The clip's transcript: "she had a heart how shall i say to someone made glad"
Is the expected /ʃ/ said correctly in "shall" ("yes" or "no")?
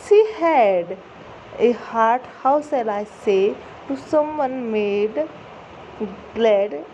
no